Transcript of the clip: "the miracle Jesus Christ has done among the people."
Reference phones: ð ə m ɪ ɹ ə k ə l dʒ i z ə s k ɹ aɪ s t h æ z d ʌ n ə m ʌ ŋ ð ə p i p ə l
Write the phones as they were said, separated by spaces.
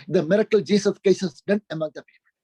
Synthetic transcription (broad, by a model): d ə m ɪ ɹ ə k ə l dʒ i s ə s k ɛ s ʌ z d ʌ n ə m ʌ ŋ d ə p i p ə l